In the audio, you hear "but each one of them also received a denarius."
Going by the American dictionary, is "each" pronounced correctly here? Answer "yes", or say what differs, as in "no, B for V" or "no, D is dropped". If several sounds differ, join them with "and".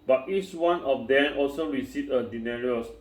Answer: yes